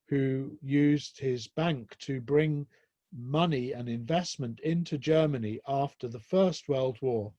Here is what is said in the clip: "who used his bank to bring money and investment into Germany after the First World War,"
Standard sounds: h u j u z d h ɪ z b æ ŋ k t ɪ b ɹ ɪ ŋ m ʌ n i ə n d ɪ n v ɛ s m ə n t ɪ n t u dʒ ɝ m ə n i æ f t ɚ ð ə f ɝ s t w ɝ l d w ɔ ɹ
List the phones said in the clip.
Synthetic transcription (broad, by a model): h u j u z d h ɪ z b æ ŋ k t ɪ b ɹ ɪ ŋ m ʌ n i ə n ɪ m v ɛ s m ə n t ɪ n t u dʒ ɝ m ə n i æ f t ɚ ð ə f ɝ s t w ɝ l d w ɔ ɹ